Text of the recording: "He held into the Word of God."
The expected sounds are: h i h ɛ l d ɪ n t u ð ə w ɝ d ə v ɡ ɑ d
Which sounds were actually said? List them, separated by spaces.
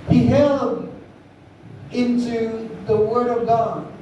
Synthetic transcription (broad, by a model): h i h ɛ l d ɪ n t u ð ə w ɝ d ə v ɡ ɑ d